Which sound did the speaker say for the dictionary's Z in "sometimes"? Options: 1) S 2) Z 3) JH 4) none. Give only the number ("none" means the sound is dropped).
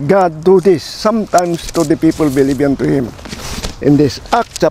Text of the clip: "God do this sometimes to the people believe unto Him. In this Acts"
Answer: 1